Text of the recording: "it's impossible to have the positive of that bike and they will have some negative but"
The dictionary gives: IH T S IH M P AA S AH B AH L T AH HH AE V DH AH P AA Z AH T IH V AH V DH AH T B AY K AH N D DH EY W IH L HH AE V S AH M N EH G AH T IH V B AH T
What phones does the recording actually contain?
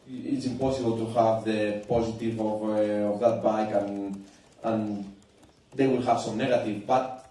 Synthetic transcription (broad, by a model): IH T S IH M P AA S AH B AH L T AH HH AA V DH AH P AA Z AH T IH V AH V DH AH T B AY K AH N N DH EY W IH L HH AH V S AH M N EH G AH T IH V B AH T